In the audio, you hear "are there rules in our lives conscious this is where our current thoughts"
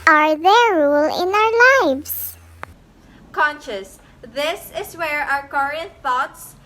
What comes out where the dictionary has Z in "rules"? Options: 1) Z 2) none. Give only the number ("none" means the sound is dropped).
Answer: 2